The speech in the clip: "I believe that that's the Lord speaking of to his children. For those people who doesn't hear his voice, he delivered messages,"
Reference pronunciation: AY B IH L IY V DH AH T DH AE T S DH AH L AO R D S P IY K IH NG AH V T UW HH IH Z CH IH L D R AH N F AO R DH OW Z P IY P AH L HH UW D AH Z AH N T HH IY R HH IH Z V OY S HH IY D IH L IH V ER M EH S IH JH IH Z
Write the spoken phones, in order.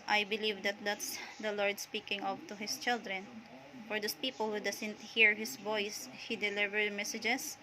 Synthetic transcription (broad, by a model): AY B IH L IY V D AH T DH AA T S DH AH L AO R D S P IY K IH NG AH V T UW HH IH S CH IH L D R AH N F AO R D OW S P IY P AH L HH UW D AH S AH N T HH IY R HH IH S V OY S HH IY D IH L IH V ER M EH S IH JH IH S